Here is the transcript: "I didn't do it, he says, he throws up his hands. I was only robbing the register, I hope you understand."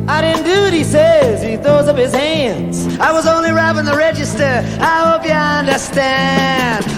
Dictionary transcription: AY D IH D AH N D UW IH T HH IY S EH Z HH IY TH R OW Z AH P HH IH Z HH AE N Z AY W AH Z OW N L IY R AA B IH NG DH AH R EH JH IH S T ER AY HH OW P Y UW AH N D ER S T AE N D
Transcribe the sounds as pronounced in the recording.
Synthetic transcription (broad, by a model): AY D IH D N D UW IH T HH IY S EH Z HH IY TH R OW Z AH P HH IH Z HH AE N Z AY W AH Z OW N L IY R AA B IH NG DH AH R EH JH IH S T ER AY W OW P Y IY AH N D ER S T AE N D